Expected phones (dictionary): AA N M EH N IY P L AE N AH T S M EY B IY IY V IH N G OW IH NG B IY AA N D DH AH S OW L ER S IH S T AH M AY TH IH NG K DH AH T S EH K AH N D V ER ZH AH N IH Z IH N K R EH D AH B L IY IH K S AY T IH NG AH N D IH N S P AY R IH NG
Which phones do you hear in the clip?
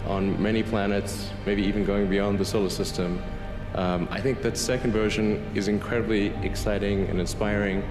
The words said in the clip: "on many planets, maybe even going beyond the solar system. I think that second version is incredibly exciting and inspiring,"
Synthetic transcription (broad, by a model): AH N M EH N IY P L AE N AH T S M EY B IY IY V IH N G OW IH NG B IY AA N DH AH S OW L ER S IH S T AH M AY TH IH NG K DH AH T S EH K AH N D V ER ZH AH N IH Z IH N K R EH D AH B L IY IH K S AY T IH NG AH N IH N S P AY R IH NG